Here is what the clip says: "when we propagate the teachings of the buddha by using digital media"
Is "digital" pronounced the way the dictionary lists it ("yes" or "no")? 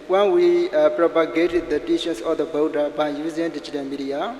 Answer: no